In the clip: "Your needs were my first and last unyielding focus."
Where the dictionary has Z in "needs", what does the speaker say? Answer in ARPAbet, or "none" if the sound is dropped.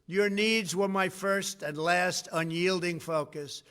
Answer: Z